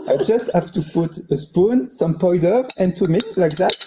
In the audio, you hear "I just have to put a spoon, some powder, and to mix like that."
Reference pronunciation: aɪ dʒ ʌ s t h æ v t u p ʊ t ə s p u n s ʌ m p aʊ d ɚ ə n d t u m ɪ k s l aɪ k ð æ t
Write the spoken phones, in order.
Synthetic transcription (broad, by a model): aɪ dʒ ʌ s t h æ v t u p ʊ t ə s p u n s ʌ m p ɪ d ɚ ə n t u m ɪ k s l aɪ k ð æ t